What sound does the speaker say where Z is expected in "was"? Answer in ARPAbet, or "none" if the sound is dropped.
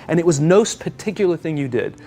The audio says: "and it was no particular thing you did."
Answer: Z